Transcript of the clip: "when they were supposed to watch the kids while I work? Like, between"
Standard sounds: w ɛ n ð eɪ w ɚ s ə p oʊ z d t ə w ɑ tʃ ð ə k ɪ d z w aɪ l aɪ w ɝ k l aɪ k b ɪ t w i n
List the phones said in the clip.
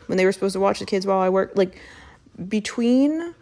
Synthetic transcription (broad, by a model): w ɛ n ð eɪ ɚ s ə p oʊ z t ə w ɑ tʃ ð ə k ɪ d z w aɪ l aɪ w ɝ k l aɪ k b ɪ t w i n